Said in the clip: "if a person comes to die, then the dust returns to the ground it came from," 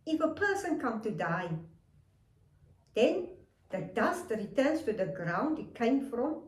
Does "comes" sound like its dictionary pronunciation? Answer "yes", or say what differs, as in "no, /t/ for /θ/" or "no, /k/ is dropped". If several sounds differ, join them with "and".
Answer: no, /z/ is dropped